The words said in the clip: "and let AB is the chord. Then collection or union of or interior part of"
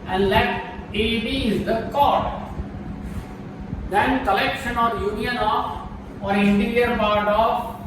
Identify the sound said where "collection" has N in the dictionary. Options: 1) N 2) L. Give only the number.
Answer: 1